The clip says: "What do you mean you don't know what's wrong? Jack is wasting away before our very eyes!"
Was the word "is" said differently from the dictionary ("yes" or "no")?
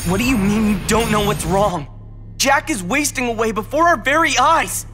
no